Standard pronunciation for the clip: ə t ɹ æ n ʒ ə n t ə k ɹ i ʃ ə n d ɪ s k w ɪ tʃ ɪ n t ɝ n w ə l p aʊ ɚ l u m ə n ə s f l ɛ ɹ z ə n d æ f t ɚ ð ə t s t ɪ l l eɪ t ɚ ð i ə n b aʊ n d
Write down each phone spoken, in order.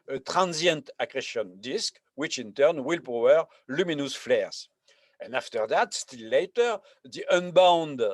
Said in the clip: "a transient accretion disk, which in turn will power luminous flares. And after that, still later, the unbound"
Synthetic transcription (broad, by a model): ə t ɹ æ n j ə n t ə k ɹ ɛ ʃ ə n d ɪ s k w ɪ tʃ ɪ n t ɝ n w ə l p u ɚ l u m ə n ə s f l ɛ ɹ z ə n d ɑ f t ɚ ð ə t s t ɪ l l eɪ t ɚ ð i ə n b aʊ n d